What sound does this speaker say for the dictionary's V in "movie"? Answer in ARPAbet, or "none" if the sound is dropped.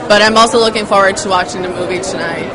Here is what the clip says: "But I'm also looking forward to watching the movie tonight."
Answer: V